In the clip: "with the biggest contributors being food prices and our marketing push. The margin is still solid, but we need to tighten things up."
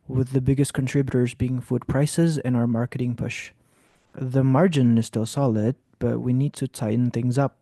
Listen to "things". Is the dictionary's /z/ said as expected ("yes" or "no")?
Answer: yes